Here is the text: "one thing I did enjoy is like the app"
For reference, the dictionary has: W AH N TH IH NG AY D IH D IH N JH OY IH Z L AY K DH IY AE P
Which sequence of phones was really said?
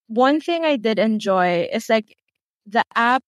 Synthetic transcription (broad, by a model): W AH N TH IH NG AY D IH D IH N JH OY IH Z L AY K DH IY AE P